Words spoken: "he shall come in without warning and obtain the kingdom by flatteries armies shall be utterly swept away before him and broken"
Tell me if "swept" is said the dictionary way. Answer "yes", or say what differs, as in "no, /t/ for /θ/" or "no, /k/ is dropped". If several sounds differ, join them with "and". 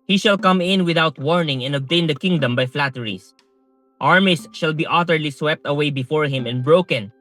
yes